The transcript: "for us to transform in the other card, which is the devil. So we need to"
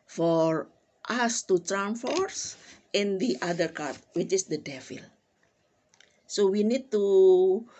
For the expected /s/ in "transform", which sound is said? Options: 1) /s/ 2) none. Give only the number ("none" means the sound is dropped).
2